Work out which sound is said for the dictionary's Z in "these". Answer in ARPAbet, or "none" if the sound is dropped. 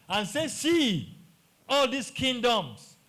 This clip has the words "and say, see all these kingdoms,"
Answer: S